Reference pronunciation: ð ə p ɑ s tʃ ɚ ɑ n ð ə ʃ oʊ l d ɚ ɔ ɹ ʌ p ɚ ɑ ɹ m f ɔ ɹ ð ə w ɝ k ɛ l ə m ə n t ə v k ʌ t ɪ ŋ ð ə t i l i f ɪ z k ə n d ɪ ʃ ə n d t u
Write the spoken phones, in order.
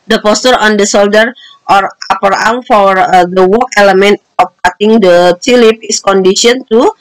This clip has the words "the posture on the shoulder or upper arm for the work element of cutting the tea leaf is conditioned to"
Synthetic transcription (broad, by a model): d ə p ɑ s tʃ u ɑ n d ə s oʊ l d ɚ ɔ ɹ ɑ p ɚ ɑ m f ɔ ɹ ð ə w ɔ k ɛ l ə m ə n t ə f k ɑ t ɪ ŋ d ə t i l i p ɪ s k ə n d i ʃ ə n t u